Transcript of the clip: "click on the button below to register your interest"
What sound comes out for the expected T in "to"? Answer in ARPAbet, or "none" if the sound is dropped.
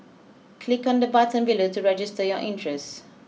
T